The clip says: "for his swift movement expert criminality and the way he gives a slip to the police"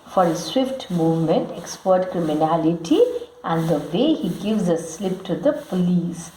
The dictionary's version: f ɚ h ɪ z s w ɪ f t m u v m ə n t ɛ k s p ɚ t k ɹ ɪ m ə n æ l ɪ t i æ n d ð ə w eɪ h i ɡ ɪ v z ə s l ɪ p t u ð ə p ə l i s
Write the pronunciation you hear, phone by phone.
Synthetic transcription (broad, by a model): f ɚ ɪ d s w ɪ f t m u v m ə n t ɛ k s p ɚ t k ɹ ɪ m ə n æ l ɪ t i æ n d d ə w eɪ h i ɡ ɪ v z ə s l ɪ p t u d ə p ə l i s